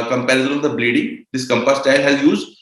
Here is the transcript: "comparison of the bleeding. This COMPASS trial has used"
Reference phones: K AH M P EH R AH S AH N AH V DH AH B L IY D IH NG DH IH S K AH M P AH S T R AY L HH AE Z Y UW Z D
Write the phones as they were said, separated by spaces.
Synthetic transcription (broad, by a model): K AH M P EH R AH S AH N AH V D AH B L IY D IH NG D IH S K AH M P AH S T AY L HH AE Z Y UW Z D